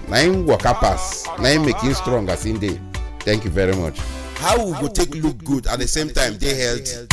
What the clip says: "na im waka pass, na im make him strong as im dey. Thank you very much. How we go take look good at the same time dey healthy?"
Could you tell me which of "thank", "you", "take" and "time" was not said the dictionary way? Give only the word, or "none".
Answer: thank